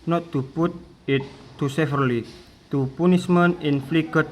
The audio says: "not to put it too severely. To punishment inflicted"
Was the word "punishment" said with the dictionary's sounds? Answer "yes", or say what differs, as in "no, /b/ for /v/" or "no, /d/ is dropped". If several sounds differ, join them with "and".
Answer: no, /s/ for /ʃ/ and /t/ is dropped